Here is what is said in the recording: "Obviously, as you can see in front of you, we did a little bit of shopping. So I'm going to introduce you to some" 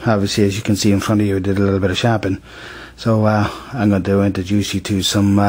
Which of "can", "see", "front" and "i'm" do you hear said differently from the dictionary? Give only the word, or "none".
none